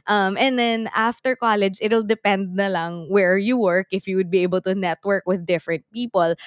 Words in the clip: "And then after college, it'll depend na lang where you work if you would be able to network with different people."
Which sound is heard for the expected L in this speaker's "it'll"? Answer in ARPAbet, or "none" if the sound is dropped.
L